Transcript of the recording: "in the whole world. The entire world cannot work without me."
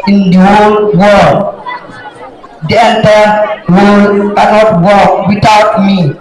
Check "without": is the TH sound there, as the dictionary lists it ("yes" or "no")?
no